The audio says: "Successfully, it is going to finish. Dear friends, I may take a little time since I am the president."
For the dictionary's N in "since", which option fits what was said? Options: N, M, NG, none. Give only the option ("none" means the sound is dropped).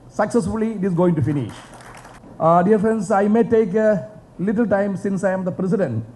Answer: N